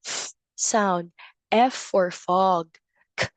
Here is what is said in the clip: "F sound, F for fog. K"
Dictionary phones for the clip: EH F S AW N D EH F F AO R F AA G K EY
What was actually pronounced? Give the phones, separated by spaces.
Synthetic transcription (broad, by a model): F S AW N D EH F F AO R F AA G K